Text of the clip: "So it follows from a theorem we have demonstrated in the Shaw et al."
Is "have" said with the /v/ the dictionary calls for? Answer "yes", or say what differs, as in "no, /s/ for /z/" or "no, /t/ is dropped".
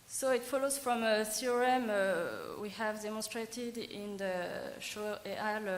yes